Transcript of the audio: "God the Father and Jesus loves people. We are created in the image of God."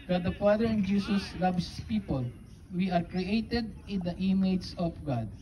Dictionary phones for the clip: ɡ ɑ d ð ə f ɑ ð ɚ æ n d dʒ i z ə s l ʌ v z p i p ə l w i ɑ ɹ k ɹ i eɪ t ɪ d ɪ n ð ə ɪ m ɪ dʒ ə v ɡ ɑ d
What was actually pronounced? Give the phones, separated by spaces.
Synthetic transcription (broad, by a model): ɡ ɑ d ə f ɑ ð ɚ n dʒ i s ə s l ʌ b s p i p ə l w i ɑ ɹ k ɹ i eɪ t ɪ d ɪ n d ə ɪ m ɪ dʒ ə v ɡ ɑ d